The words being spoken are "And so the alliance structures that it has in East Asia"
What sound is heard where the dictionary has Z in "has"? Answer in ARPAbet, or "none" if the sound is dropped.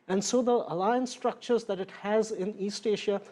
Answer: Z